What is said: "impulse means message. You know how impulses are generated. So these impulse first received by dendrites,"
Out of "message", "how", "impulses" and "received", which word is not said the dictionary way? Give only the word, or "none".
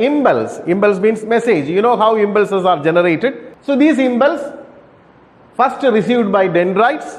impulses